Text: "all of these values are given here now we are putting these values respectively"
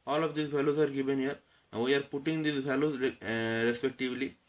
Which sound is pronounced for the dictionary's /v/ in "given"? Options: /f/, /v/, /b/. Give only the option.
/v/